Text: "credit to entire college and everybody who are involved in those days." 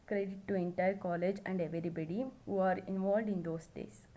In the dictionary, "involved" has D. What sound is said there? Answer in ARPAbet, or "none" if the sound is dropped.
D